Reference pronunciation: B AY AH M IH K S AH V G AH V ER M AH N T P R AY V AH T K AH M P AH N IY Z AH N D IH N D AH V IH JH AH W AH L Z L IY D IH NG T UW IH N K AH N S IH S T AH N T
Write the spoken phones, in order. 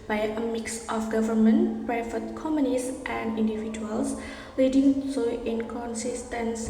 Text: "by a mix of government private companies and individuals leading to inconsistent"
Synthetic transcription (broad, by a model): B AY AH M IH K S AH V G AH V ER M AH N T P R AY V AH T K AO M AH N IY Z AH N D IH N D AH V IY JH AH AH L S L IY D IH NG T UW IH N K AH N S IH S T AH N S